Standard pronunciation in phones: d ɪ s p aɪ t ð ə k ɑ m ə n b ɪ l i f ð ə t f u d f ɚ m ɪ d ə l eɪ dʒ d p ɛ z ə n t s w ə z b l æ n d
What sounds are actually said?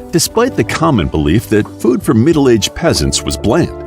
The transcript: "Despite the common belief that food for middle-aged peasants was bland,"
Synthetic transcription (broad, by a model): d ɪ s p aɪ t ð ə k ɑ m ə n b ɪ l i f ð ə t f u d f ɚ m ɪ d l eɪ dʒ p ɛ z ə n t s w ə z b l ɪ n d